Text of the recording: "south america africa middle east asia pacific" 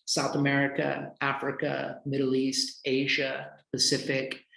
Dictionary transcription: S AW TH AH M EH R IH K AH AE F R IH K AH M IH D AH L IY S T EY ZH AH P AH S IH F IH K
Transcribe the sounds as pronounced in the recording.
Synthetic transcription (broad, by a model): S AW TH AH M EH R IH K AH AE F R IH K AH M IH D L IY S T EY ZH AH P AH S IH F IH K